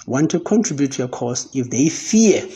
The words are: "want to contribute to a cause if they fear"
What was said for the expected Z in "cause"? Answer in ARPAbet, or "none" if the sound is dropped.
S